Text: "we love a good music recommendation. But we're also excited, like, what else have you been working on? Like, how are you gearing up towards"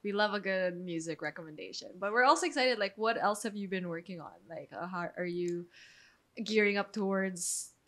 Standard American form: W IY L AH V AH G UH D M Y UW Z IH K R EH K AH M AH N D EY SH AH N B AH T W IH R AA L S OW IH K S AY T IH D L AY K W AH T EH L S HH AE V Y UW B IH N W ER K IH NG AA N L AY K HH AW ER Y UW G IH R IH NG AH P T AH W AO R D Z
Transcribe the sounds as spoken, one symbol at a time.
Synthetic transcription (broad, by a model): W IY L AH V AH G UH D M Y UW Z IH K R EH K AH M AH N D EY SH AH N B AH T W IH R AA L S OW IH K S AY T IH D L AY K W AH T EH L S HH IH V Y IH B IH N W ER K IH NG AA N L AY K HH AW ER Y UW G IH R IH NG AH P T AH W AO R D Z